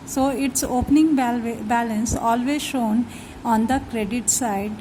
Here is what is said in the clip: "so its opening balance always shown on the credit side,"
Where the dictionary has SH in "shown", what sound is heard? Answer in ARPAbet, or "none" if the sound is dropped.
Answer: SH